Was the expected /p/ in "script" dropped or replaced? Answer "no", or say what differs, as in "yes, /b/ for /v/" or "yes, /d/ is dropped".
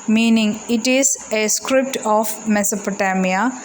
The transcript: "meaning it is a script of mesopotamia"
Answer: no